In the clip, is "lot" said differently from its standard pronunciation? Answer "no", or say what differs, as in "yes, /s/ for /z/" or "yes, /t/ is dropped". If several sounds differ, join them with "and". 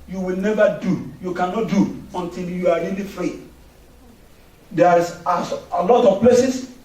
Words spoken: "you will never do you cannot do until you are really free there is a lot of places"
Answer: no